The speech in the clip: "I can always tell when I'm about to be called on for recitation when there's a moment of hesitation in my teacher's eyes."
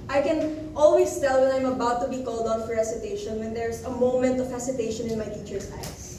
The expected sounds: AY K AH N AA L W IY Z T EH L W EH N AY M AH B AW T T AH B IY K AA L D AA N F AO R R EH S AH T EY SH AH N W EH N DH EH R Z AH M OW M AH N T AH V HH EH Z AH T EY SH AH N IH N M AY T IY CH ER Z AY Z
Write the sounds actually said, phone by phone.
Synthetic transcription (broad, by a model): AY K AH N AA L W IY S T EH L W EH N AY M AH B AW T T AH B IY K AA L D AA N F AO R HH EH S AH T EY SH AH N W EH N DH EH R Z AH M OW M AH N T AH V HH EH S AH T EY SH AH N IH N M AY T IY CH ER S AY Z